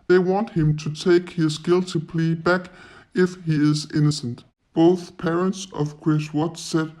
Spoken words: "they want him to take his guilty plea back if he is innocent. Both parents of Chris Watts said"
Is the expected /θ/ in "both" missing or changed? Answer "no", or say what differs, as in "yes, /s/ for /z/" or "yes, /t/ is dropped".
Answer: no